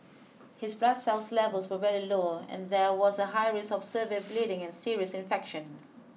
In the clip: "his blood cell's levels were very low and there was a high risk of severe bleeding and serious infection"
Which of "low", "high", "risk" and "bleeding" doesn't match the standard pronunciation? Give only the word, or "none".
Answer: risk